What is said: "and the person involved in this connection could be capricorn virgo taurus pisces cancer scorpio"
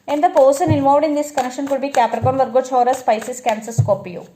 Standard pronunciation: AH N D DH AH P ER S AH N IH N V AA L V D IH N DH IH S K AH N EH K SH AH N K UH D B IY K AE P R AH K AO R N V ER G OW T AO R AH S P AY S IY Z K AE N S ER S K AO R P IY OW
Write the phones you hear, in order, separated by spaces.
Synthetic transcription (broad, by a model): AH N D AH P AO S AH N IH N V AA V D IH N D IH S K AH N EH K SH AH N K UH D B IY K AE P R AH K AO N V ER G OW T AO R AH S P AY S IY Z K AE N S ER S K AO P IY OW